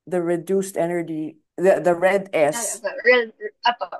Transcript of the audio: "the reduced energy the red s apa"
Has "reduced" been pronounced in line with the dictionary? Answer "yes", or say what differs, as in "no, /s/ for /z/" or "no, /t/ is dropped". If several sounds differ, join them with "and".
yes